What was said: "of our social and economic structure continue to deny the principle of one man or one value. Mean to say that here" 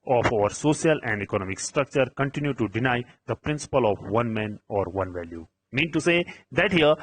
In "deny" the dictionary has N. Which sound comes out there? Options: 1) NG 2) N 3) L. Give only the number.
2